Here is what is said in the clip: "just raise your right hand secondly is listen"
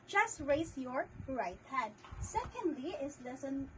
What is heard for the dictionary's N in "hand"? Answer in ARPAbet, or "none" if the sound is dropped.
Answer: none